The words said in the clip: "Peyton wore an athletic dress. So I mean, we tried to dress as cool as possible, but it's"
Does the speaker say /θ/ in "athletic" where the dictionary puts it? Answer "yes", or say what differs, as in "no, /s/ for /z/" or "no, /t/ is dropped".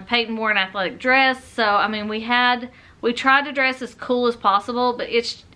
yes